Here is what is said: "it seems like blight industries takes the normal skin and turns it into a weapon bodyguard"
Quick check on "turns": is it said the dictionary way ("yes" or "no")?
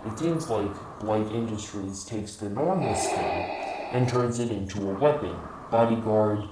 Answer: yes